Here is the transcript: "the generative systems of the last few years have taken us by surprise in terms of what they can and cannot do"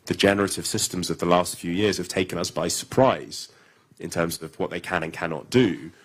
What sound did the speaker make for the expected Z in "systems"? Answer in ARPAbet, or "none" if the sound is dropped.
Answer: Z